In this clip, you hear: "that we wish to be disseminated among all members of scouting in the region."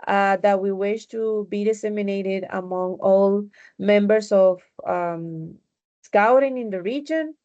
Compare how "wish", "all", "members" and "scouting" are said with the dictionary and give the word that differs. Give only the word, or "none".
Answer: members